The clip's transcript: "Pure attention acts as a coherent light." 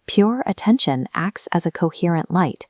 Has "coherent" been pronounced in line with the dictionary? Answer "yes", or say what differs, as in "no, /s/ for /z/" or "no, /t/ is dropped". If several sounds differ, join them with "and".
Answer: yes